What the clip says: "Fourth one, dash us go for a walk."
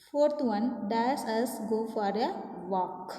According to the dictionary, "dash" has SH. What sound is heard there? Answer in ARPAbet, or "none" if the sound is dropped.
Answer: S